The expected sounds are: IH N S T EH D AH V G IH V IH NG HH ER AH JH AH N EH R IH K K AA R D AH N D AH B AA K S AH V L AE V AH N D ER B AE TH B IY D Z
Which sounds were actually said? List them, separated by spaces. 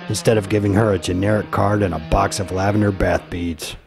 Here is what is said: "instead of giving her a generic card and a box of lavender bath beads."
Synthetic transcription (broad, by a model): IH N S T EH D AH V G IH V IH NG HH ER AH JH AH N EH R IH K K AA R D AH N AH B AA K S AH V L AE V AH N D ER B AE TH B IY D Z